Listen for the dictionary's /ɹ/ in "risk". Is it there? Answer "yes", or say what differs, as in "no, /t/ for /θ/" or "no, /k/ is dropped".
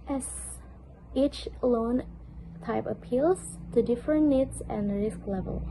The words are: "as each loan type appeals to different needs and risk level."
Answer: yes